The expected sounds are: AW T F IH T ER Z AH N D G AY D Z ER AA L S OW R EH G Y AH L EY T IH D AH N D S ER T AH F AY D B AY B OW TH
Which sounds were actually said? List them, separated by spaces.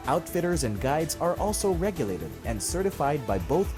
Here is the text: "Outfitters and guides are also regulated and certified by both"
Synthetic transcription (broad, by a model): AW T F IH T ER Z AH N G AY D Z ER AA L S OW R EH G Y AH L EY T IH D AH N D S ER T AH F AY D B AY B OW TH